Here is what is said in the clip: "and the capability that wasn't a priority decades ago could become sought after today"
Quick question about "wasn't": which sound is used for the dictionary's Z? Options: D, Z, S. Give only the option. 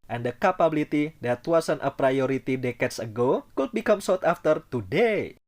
S